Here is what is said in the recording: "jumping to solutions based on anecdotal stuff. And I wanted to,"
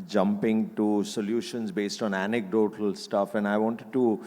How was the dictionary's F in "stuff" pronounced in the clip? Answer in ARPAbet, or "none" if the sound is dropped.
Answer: F